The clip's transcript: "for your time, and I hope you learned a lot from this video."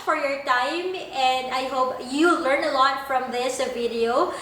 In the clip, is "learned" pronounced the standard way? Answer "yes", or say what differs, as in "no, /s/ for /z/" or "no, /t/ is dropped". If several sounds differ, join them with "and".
no, /d/ is dropped